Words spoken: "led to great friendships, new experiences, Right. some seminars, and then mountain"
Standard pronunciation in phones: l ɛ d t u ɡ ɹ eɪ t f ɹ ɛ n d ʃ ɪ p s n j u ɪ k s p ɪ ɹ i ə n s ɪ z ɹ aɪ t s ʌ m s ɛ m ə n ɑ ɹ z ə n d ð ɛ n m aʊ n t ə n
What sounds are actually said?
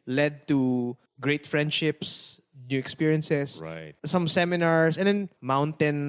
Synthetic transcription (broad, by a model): l ɛ d t u ɡ ɹ eɪ t f ɹ ɛ n d ʃ ɪ p s n j u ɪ k s p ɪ ɹ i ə n s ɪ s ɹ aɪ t s ʌ m s ɛ m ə n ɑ ɹ s ə n d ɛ n m aʊ n t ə n